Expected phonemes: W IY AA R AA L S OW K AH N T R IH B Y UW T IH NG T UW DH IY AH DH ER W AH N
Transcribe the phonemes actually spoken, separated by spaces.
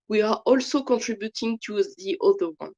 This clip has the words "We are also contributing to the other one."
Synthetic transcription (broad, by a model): W IY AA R AA L S OW K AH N T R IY B Y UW T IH NG T UW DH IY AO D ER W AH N